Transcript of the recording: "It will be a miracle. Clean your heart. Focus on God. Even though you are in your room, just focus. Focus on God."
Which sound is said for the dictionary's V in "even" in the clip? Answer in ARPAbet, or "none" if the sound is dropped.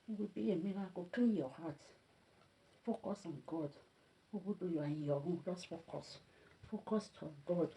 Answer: B